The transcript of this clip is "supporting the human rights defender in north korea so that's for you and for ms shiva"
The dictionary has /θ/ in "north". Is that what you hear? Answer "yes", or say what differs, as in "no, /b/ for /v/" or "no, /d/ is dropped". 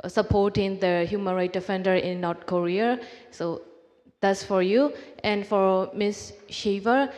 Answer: no, /t/ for /θ/